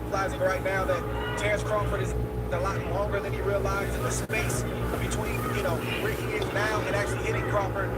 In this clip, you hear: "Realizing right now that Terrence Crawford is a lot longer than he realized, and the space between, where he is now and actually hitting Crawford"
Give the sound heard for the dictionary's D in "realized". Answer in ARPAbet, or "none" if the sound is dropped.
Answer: none